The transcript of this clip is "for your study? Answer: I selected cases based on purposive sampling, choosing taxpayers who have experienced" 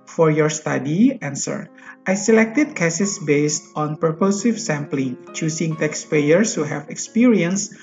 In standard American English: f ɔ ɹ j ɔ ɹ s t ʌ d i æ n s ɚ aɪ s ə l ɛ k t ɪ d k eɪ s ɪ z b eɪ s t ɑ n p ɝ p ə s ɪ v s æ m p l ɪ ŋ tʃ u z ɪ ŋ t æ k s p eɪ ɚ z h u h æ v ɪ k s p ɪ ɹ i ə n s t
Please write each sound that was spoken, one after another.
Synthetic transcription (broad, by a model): f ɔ ɹ j ɔ ɹ s t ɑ d i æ n s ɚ aɪ s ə l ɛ k t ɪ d k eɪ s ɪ s b eɪ s t ɑ n p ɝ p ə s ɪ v s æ m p l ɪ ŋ tʃ u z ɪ ŋ t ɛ k s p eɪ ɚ s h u h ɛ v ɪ k s p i ɹ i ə n s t